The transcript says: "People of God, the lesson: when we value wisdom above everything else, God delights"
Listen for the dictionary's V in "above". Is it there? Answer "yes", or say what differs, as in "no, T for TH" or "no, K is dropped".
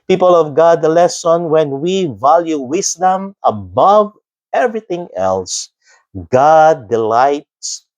yes